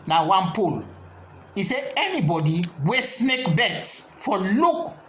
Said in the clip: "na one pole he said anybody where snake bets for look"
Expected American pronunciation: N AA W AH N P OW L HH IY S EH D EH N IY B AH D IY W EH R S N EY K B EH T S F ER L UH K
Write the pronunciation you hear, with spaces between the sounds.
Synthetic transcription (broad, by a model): N AA W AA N P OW L IY S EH EH N IY B AH D IY W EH S N EY K B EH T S F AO L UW K